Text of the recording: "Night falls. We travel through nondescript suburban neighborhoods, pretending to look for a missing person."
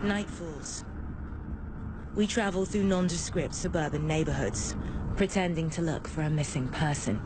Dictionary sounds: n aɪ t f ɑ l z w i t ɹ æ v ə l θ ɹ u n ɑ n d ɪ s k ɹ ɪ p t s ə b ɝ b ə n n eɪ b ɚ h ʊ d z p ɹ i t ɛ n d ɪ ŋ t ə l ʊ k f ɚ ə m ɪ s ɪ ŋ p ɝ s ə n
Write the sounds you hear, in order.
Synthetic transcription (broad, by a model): n aɪ t f ɑ l z w i t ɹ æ v ə l θ ɹ u n ɑ n d ɪ s k ɹ ɪ p t s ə b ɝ b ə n n eɪ b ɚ h ʊ d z p ɹ i t ɛ n d ɪ ŋ t ə l ʊ k f ɚ ə m ɪ s ɪ ŋ p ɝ s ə n